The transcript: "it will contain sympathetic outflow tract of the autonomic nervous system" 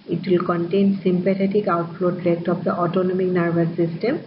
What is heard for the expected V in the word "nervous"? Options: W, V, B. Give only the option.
B